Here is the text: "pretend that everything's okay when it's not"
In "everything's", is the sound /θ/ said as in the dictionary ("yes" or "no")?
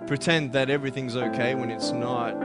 yes